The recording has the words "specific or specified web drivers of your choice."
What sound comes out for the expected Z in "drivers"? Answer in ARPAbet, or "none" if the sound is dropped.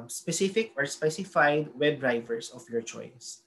S